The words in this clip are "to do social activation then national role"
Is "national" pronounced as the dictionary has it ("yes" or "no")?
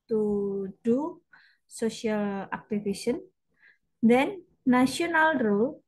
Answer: no